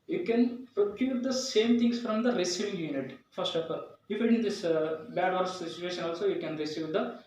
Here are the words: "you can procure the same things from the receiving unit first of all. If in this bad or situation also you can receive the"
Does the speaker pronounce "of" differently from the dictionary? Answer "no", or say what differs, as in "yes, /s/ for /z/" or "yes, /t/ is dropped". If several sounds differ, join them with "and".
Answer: yes, /p/ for /v/